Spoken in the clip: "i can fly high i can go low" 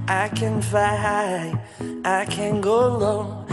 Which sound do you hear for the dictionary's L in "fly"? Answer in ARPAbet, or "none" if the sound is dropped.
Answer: none